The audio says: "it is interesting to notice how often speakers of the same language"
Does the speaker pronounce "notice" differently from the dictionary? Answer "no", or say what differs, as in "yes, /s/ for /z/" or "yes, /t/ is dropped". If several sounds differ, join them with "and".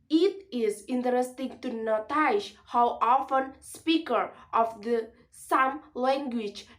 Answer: yes, /ʃ/ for /s/